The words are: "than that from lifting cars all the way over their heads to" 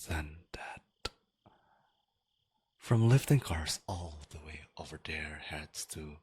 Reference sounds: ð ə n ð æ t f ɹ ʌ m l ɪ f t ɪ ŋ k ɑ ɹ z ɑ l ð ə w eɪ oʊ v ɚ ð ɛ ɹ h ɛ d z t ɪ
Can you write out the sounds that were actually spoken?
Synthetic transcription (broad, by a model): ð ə n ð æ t f ɹ ʌ m l ɪ f t ɪ ŋ k ɑ ɹ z ɑ l ð ə w eɪ oʊ v ɚ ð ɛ ɹ h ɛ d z t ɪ